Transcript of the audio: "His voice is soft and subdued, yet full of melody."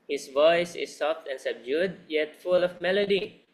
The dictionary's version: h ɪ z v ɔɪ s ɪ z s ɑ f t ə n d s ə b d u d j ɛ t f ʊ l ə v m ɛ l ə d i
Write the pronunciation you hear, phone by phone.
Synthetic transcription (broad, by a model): h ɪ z v ɔɪ s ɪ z s ɑ f t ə n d s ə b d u d j ɛ t f ʊ l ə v m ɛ l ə d i